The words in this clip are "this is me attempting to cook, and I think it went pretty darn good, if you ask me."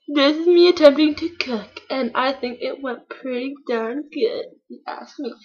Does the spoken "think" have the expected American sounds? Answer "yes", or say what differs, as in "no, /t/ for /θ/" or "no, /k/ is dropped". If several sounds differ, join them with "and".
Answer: yes